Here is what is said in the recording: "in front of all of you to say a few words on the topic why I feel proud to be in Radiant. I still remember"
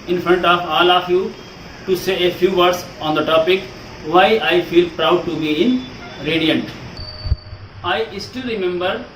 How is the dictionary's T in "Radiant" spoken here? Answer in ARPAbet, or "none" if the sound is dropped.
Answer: T